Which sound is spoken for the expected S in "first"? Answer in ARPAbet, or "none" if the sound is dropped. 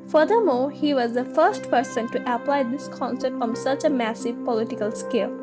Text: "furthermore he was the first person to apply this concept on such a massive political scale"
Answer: S